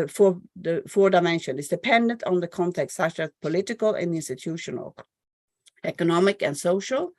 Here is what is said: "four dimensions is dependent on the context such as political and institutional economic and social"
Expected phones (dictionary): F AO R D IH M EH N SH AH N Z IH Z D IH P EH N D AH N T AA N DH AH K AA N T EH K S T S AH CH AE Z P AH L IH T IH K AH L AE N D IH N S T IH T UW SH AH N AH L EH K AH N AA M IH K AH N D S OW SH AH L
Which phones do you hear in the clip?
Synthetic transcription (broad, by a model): F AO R D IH M EH N SH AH N IH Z D IH P EH N D AH N T N DH AH K AA N T EH K S T S AH CH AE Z P AH L IH T IH K AH L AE N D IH N S T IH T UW SH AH N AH L EH K AH N AA M IH K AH N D S OW SH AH L